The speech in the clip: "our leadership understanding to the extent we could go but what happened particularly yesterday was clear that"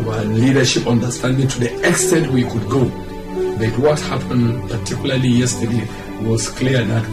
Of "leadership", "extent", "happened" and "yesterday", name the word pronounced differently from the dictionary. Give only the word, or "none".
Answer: none